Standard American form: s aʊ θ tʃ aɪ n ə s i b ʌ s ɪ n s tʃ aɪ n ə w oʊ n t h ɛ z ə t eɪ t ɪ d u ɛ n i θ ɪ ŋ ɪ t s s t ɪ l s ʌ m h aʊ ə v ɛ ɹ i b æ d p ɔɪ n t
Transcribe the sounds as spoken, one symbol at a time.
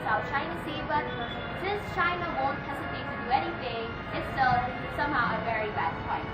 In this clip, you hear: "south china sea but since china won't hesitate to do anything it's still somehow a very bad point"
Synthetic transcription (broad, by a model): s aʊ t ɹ aɪ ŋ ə s i b ʌ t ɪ s tʃ aɪ n ə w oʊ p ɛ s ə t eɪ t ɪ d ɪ ɛ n i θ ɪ ŋ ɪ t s s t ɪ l s ʌ m h aʊ ə v ɛ ɹ i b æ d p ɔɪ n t